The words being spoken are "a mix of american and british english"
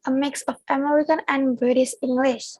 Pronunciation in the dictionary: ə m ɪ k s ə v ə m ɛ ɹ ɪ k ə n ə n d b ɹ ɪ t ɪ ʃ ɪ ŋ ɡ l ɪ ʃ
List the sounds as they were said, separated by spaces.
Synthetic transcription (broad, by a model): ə m ɪ k s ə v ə m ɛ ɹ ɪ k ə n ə n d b ʌ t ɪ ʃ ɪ ŋ ɡ l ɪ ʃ